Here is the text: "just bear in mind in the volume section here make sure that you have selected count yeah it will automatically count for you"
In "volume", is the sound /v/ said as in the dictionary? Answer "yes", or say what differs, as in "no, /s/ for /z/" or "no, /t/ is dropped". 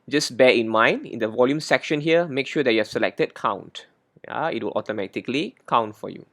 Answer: yes